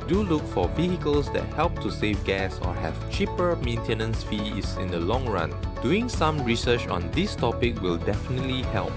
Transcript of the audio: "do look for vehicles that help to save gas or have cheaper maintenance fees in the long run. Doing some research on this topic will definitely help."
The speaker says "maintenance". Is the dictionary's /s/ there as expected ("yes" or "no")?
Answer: yes